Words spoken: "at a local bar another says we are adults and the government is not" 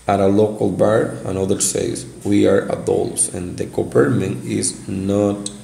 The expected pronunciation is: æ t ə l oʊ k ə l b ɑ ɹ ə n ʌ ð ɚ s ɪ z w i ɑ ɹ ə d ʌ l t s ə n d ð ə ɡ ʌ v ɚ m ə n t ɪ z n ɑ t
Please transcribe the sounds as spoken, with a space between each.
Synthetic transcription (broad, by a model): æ t ə l oʊ k ə l b ɑ ɹ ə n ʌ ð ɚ s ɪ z w i ɑ ɹ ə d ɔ l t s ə n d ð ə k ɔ p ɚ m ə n ɪ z n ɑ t